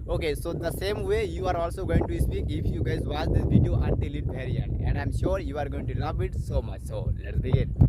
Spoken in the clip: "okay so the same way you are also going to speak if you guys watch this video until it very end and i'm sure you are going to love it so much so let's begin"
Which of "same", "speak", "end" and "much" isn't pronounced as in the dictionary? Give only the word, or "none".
end